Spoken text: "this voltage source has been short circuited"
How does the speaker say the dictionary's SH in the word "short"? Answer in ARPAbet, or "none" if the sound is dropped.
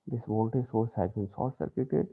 S